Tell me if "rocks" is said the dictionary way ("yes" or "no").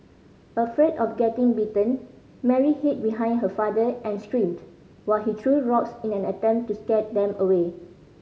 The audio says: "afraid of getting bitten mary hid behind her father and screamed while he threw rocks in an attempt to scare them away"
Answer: yes